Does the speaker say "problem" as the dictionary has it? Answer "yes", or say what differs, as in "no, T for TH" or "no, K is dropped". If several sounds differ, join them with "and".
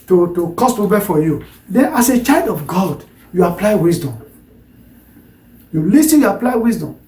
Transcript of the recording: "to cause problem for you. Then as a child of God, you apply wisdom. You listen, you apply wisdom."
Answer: no, R is dropped and L is dropped